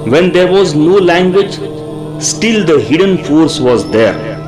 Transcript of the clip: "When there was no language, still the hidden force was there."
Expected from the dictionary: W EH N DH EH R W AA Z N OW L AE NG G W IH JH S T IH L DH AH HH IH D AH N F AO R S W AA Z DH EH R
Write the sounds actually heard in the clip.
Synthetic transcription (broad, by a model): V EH N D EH R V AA Z N OW L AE NG G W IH JH S T IH L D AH HH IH D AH N F AO R S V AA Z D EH R